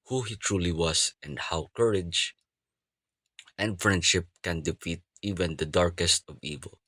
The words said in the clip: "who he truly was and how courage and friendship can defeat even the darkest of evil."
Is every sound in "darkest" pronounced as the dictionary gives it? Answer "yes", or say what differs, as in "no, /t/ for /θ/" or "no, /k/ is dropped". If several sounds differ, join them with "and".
yes